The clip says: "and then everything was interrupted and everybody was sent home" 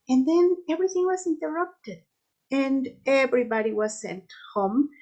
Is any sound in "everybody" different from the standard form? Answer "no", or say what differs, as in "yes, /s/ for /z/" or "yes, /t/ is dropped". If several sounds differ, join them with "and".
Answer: no